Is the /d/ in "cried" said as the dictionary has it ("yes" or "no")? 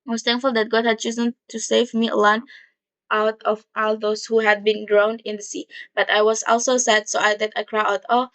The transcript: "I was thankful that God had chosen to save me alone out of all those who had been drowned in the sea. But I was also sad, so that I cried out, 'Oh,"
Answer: no